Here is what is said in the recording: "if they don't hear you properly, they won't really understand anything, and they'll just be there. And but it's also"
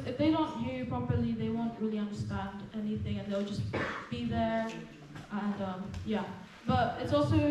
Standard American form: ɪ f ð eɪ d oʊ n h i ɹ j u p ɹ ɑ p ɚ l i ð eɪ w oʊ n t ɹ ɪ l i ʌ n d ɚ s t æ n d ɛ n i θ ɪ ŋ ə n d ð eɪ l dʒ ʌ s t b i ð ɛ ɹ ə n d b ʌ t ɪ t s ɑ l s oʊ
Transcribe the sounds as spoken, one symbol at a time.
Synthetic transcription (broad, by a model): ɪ f ð eɪ d oʊ n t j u p ɹ ɑ p ɚ l i ð eɪ w oʊ n t ɹ ɪ l i ʌ n d ɚ s t æ n d ɛ n i θ ɪ ŋ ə n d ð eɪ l dʒ ʌ s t b i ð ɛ ɹ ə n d b ʌ t ɪ t s ɑ l s oʊ